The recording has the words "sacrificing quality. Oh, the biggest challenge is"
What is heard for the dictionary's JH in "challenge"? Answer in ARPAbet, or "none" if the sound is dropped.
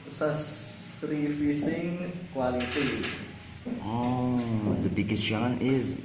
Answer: none